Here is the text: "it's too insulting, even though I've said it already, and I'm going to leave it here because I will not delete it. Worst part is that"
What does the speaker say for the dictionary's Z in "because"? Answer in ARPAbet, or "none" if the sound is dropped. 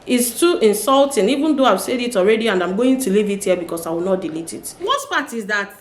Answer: S